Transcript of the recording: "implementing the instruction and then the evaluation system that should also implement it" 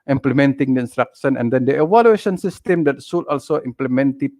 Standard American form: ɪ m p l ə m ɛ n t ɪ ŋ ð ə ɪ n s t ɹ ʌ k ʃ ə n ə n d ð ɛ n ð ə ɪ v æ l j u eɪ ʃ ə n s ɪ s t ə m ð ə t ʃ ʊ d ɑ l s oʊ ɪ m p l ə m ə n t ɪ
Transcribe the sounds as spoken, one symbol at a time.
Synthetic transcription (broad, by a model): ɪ m p l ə m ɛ n t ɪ ŋ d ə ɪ n s t ɹ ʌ k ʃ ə n ə n d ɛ n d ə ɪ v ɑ l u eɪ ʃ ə n s ɪ s t ə m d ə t s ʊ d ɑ l s oʊ ɪ m p l ə m ə n t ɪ